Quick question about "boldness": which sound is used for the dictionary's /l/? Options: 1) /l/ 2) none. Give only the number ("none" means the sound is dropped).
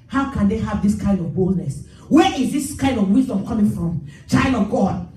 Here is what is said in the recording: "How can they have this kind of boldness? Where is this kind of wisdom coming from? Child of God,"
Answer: 1